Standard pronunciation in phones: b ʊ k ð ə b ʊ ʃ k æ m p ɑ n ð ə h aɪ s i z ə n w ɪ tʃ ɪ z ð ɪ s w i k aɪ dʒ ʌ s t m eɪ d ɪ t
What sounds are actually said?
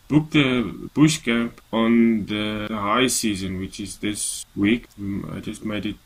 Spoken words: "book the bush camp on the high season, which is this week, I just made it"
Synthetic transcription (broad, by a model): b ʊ k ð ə b ʊ ʃ k æ m p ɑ n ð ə h aɪ s i z ə n w ɪ tʃ ɪ z ð ɪ s w i k aɪ dʒ ʌ s t m eɪ d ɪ t